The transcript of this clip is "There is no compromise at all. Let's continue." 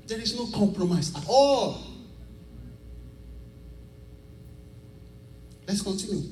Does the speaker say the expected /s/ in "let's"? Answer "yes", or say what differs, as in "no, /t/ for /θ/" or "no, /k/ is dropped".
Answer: yes